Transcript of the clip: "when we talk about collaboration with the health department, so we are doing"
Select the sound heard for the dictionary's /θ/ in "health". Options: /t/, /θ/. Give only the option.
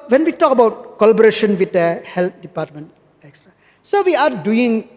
/t/